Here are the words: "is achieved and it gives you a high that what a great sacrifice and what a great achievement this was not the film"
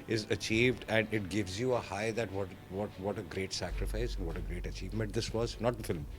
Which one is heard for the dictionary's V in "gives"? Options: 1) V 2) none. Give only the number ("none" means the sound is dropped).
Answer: 1